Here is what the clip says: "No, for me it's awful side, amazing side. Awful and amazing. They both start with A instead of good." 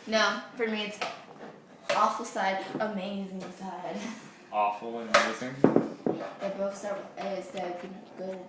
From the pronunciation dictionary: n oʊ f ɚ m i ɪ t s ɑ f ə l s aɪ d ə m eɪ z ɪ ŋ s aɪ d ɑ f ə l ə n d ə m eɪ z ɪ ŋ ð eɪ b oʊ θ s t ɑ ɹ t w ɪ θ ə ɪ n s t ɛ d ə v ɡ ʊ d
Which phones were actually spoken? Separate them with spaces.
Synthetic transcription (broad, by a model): n oʊ f ɚ m i ɪ t s ɑ f l s aɪ d ə m eɪ z ɪ ŋ s aɪ d ɑ f l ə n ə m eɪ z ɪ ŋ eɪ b oʊ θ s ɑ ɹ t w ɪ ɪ s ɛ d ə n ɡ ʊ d